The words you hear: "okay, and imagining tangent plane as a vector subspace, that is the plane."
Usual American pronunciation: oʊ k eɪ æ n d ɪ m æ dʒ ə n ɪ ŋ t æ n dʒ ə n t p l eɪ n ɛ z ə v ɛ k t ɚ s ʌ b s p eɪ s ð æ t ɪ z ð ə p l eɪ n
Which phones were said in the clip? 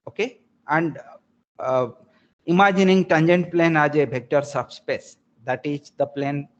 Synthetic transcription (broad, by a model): oʊ k eɪ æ n d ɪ m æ dʒ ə n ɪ ŋ t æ n dʒ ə n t p l eɪ n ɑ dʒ ə b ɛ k t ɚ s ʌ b s p eɪ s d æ t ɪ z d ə p l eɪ n